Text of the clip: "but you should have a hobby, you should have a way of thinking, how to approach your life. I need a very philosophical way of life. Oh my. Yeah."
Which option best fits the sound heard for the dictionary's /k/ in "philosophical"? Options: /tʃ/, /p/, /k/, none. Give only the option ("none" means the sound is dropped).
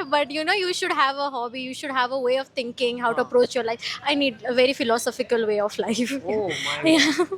/k/